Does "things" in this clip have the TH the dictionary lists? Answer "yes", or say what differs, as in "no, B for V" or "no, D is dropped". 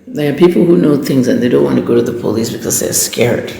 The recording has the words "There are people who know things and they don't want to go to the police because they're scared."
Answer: yes